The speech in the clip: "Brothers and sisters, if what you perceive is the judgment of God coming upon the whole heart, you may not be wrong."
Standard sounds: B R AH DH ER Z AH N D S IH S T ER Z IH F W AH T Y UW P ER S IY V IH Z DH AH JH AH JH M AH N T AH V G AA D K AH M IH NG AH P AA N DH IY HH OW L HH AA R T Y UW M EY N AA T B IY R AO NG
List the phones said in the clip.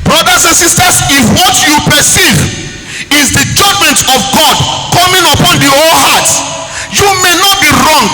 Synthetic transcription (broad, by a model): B R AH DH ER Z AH N S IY S T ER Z IH F W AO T Y UW P ER S IY V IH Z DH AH JH AH JH M AH N T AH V G AA D K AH M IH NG AH P AA N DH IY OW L HH AA T Y UW M EY N AA T B IY R AO NG